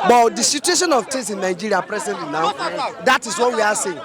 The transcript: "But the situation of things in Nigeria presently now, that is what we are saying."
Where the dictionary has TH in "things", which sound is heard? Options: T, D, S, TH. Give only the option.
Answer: T